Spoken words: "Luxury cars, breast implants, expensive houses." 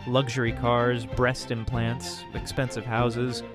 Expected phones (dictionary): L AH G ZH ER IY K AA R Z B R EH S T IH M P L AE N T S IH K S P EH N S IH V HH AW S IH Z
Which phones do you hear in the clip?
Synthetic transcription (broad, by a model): L AH G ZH ER IY K AA R Z B R EH S T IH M P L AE N T S IH K S P EH N S IH V HH AW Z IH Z